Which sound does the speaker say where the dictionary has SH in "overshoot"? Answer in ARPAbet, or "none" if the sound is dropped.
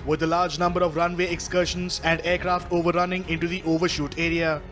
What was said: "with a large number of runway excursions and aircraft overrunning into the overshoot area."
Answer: SH